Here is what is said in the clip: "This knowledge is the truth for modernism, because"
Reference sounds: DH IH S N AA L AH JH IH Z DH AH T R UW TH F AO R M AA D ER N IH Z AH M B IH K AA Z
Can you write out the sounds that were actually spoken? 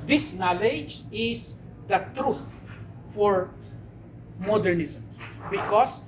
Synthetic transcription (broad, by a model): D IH S N AA L AH JH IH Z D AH T R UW T F AO R M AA D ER N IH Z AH M B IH K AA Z